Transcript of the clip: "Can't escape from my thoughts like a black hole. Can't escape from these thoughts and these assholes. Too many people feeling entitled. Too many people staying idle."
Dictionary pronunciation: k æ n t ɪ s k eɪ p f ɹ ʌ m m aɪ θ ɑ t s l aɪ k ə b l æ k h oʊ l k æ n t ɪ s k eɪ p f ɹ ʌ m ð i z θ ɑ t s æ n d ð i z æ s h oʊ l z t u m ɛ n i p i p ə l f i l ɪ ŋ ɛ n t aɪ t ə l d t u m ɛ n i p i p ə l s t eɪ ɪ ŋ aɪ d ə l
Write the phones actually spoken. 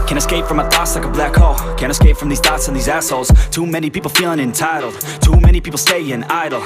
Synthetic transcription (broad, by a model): k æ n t ɪ s k eɪ p f ɹ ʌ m m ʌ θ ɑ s l aɪ k ə b l æ k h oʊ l k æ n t ɪ s k eɪ p f ɹ ʌ m ð i z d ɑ t s n ð i z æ s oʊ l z t u m ɛ n i p i p l f i l ɪ ŋ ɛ n t aɪ t l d t u m ɛ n i p i p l s t eɪ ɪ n aɪ d l